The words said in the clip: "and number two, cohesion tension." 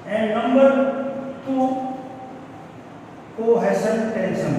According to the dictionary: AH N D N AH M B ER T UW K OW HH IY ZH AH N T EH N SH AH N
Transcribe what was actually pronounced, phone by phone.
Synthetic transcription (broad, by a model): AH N N AH M B ER T UW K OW HH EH S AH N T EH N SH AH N